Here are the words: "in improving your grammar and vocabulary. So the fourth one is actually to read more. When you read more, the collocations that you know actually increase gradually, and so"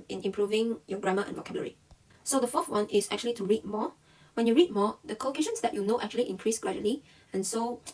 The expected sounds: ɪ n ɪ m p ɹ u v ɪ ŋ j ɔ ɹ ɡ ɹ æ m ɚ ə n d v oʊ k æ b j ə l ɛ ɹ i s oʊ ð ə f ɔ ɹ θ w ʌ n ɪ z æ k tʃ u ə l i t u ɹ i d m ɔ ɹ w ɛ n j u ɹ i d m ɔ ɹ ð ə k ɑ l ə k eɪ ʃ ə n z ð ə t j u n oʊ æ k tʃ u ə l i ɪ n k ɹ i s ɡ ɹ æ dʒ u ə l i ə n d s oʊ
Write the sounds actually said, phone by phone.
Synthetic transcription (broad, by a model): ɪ n ɪ m p ɹ u v ɪ ŋ j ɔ ɡ ɹ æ m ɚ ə n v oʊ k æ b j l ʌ ɹ i s oʊ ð ə f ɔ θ w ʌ n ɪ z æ k tʃ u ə l i t u ɹ i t m ɔ w ɛ n j u ɹ i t m ɔ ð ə k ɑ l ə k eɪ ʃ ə n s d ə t j u n oʊ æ k tʃ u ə l i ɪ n k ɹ i s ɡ ɹ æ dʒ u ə l i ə n s oʊ